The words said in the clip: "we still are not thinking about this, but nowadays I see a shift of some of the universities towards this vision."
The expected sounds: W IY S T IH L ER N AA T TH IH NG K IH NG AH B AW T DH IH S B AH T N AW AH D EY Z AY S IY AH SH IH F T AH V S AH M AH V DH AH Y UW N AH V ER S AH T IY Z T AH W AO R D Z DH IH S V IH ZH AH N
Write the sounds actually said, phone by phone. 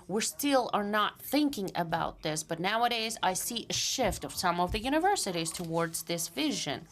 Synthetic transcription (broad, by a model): W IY S T IH L ER N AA T TH IH NG K IH NG AH B AW T DH IH S B AH T N AW AH D EY Z AY S IY AH SH IH F T AH V S AH M AH V DH AH Y UW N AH V ER S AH T IY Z T AH W AO R D Z DH IH S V IH ZH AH N